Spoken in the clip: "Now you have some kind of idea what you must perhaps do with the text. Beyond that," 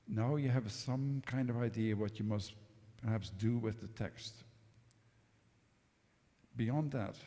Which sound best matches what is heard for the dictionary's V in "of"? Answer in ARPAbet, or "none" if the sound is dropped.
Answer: V